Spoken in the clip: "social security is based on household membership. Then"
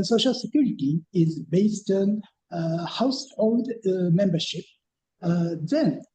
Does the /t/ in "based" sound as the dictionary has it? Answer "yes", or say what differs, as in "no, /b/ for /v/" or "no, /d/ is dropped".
yes